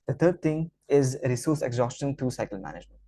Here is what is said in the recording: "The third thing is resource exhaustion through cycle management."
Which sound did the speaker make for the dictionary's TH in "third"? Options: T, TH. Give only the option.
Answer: T